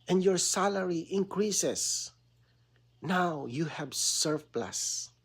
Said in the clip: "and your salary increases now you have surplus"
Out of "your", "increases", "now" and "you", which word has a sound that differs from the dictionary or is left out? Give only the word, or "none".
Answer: increases